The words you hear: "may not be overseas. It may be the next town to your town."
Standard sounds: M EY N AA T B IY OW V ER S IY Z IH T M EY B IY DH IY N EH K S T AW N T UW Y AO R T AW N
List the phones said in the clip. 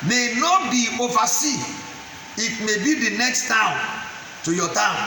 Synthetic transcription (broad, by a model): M EY N AA T B IY OW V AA S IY IH T M EY B IY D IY N EH K S T AW N T UW Y AO T AW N